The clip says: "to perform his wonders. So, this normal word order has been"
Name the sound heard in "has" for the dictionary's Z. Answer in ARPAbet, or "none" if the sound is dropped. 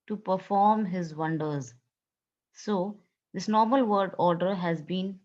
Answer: Z